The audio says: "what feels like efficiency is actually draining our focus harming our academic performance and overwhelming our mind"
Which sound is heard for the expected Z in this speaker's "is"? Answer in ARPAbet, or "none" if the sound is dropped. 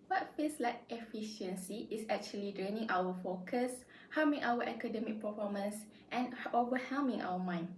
S